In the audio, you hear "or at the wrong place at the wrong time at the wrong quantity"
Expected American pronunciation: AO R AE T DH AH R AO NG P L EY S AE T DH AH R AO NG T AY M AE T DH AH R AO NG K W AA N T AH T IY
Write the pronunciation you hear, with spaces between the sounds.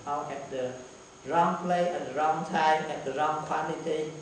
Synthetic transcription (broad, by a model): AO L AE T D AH R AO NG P L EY AE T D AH R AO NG T AY M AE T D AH R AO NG K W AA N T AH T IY